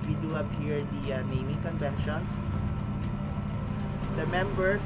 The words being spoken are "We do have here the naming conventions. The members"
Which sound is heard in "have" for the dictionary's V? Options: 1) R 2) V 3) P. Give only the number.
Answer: 3